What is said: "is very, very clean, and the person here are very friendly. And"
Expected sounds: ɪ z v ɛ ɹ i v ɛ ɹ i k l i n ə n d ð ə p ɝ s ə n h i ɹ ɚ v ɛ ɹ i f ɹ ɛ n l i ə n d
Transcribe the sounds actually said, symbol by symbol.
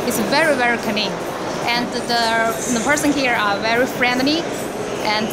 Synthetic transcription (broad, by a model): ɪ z v ɛ ɹ i v ɛ ɹ i k n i ə n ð ð ə p ɝ s ə n h i ɹ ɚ v ɛ ɹ i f ɹ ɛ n n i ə n